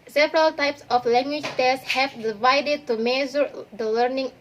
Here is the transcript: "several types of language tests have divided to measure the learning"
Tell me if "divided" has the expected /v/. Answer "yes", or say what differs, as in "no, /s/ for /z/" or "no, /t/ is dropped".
yes